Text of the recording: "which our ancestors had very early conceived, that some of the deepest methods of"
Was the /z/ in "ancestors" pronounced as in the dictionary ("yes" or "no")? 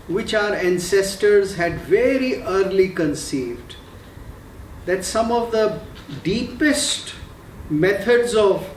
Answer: yes